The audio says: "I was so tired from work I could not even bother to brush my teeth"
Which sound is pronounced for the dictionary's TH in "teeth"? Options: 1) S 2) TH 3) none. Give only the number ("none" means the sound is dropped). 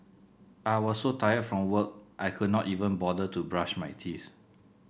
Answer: 1